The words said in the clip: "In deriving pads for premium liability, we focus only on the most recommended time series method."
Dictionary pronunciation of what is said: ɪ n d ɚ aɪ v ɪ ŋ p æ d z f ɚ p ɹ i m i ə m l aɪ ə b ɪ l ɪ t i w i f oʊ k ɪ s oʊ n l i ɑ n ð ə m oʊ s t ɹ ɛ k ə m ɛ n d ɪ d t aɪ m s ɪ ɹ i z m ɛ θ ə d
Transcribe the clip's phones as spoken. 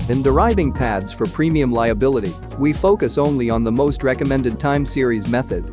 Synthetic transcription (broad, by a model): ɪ n d ɚ aɪ v ɪ ŋ p æ d z f ɚ p ɹ i m i ə m l aɪ ə b ɪ l ɪ t i w i f oʊ k ɪ s oʊ n l i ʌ n ð ə m oʊ s t ɹ ɛ k ə m ɛ n d ɪ d t aɪ m s ɪ ɹ i z m ɛ θ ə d